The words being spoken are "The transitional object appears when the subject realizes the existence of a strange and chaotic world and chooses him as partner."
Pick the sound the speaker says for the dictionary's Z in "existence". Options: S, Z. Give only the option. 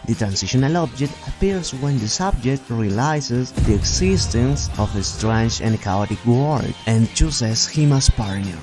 S